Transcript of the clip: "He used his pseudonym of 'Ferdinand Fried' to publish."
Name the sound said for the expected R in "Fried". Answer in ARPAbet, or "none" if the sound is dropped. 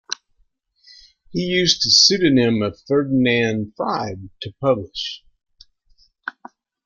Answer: none